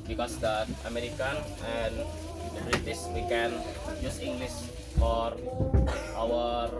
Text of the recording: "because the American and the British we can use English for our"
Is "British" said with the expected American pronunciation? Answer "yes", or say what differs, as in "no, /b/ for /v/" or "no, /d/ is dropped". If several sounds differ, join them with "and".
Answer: no, /s/ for /ʃ/